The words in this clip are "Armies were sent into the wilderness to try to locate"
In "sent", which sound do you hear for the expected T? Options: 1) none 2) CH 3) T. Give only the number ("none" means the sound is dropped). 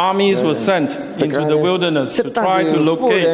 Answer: 3